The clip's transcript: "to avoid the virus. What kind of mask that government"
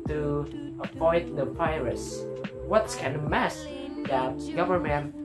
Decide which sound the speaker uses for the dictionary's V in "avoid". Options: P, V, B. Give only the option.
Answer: P